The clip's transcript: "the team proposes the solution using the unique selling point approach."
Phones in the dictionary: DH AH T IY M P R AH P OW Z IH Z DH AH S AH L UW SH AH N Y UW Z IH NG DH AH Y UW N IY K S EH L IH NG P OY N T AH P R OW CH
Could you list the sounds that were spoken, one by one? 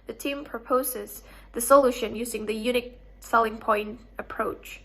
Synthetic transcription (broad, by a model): DH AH T IY M P R AH P OW Z IH Z DH AH S AH L UW SH AH N Y UW Z IH NG DH AH Y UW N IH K S EH L IH NG P OY N T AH P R OW CH